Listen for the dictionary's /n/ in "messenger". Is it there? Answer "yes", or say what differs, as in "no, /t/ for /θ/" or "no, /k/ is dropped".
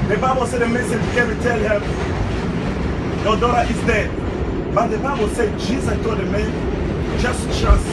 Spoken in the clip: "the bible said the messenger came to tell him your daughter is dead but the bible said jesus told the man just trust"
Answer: no, /n/ is dropped